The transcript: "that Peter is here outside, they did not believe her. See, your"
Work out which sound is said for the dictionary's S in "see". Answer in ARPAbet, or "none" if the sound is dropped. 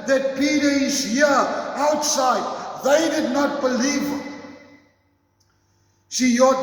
SH